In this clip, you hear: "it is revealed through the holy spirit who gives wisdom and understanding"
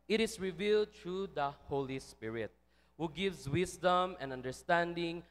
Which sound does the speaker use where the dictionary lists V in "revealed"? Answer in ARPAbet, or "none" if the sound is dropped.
V